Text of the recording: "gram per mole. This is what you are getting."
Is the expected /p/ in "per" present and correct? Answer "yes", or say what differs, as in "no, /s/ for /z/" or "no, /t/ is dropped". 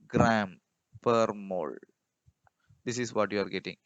yes